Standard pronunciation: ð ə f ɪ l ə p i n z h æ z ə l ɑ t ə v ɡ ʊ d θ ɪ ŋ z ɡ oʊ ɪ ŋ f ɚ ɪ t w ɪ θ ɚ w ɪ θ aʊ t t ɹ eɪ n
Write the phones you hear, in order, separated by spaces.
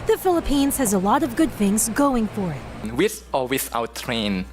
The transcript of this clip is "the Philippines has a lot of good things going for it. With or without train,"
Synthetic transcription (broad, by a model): ð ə f ɪ l ə p i n z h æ z ə l ɑ t ə v ɡ ʊ d θ ɪ ŋ z ɡ oʊ ɪ ŋ f ɚ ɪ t w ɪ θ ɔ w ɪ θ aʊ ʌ t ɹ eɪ n